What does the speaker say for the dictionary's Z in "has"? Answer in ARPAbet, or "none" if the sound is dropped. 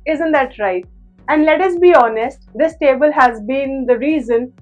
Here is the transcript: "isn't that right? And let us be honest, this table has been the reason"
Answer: Z